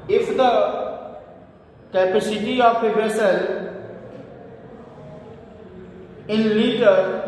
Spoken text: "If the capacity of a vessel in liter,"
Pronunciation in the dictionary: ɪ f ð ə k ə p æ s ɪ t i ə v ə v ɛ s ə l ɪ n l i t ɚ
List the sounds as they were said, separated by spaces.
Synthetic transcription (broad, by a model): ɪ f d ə k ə p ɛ s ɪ t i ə p ə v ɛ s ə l ɪ n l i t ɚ